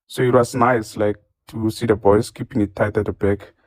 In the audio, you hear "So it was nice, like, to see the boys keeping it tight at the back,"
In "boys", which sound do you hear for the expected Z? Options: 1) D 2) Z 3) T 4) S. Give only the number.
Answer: 4